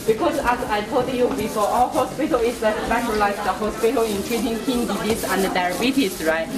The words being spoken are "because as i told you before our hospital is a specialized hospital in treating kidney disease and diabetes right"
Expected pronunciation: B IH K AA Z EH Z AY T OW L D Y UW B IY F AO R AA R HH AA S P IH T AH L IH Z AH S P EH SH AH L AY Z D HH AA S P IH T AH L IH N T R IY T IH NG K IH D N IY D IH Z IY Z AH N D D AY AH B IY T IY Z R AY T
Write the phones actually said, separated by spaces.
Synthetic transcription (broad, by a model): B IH K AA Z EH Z AY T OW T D Y UW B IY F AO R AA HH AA S P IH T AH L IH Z AH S F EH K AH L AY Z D HH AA S P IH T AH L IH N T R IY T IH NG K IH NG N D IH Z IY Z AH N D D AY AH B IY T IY S R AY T